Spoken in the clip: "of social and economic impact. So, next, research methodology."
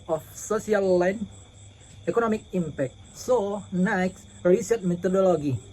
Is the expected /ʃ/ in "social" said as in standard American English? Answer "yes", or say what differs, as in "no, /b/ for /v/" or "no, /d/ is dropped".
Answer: no, /s/ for /ʃ/